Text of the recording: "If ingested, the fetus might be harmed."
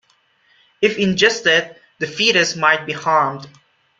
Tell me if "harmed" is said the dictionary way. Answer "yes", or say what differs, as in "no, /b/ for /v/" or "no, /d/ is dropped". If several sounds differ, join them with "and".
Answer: yes